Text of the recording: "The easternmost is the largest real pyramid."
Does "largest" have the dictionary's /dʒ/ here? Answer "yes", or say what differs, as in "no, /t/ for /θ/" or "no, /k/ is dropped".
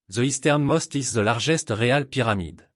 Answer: no, /ʒ/ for /dʒ/